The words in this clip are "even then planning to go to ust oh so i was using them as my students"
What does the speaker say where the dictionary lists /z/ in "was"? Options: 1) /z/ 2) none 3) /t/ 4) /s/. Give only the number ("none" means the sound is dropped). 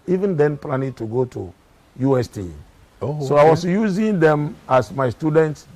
4